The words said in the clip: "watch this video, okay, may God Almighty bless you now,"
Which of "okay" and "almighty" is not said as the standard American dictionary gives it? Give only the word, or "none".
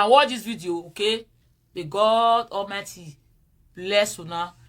almighty